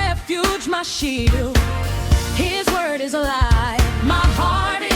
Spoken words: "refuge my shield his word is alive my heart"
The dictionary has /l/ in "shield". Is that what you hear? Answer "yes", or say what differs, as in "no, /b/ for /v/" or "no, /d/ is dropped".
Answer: no, /l/ is dropped